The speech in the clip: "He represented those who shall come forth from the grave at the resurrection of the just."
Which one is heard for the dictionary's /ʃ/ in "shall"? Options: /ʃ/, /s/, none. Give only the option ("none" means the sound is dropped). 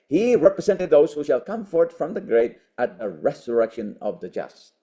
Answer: /ʃ/